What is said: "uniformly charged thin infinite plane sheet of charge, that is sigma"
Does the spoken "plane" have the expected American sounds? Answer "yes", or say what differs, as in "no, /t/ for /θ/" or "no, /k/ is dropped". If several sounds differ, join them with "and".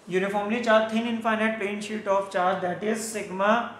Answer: no, /l/ is dropped